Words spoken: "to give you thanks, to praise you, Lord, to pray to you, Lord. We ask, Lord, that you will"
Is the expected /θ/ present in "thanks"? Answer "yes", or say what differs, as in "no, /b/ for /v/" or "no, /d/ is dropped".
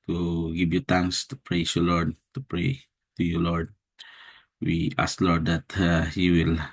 no, /t/ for /θ/